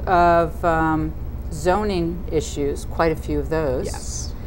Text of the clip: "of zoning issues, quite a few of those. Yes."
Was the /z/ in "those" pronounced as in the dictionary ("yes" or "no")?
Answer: yes